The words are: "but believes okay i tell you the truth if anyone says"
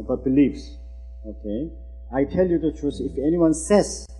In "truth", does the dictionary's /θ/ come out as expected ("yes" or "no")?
no